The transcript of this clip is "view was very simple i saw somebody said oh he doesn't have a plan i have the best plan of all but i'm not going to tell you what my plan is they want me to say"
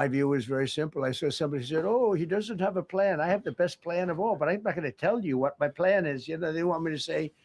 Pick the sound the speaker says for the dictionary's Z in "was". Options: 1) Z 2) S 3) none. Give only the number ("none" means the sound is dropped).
1